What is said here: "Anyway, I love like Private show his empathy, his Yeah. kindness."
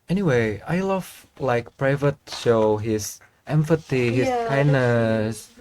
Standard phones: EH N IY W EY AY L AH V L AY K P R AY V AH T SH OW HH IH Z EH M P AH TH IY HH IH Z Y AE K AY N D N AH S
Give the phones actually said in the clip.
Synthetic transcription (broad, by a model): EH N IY W EY AY L AH V L AY K P R AY V AH T SH OW HH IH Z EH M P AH T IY HH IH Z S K AY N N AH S